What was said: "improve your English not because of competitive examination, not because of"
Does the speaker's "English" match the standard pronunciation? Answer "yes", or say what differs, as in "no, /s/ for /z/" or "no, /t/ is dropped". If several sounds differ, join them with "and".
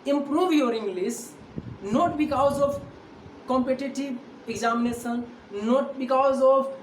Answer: no, /s/ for /ʃ/